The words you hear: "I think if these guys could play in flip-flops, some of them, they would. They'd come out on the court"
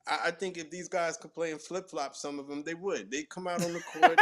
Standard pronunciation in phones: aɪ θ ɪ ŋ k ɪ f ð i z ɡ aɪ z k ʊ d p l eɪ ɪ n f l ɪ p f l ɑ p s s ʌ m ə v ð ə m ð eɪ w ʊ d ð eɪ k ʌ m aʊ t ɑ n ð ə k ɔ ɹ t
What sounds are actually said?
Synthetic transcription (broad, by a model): aɪ θ ɪ ŋ k ɪ f ð i z ɡ aɪ z k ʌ d p l eɪ ɪ n f l ɪ p f l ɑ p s s ʌ m ə v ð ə m ð eɪ w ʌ d ð eɪ k ʌ m aʊ t n ð ə k ɔ ɹ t